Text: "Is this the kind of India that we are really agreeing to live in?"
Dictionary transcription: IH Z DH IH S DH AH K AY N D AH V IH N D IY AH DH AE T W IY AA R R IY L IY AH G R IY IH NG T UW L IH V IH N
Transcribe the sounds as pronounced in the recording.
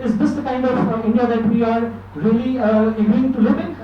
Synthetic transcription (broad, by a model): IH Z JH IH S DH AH K AY N D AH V IH N D IY AH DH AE T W IY AA R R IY L IY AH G IY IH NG T UW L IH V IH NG